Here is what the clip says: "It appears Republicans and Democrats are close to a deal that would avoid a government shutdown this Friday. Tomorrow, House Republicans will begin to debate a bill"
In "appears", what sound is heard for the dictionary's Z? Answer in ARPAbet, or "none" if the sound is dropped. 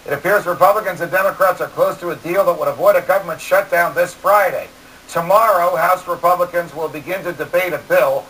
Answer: Z